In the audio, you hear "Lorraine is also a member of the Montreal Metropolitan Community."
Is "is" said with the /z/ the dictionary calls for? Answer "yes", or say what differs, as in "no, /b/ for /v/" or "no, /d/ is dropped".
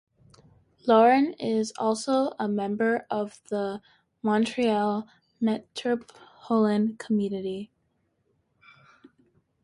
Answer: yes